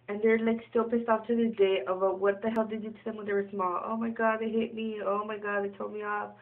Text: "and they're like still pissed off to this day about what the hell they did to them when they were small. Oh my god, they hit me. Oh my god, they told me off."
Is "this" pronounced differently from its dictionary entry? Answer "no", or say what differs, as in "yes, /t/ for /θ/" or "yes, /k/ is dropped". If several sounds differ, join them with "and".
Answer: yes, /s/ is dropped